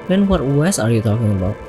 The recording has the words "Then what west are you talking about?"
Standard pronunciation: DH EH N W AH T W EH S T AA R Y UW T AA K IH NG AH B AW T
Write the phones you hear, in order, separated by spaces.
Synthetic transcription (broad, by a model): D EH N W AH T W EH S AA R Y UW T AA K IH NG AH B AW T